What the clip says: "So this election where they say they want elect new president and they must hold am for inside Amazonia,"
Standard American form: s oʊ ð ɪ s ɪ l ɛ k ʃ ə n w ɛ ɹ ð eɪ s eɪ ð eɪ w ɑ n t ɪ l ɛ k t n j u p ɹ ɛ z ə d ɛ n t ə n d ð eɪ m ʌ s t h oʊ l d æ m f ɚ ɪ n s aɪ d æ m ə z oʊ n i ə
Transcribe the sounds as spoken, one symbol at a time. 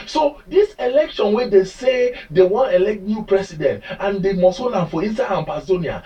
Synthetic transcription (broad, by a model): s oʊ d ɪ s ɪ l ɛ k ʃ ə n w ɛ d eɪ s eɪ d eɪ w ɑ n ɪ l ɛ k t n j u p ɹ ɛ s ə d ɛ n t ə n d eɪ m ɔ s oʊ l ɑ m f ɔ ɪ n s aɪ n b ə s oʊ n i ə